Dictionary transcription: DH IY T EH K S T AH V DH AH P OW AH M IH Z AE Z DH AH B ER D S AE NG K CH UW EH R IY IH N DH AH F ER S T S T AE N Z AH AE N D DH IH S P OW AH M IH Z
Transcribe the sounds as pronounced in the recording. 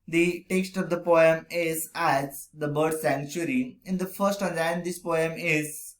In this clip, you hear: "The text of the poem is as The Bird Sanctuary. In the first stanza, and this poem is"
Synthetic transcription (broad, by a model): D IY T EH K S T AH V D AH P OW AH M IH Z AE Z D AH B ER D S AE NG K CH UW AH R IY IH N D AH F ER T S T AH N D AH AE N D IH S P OW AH M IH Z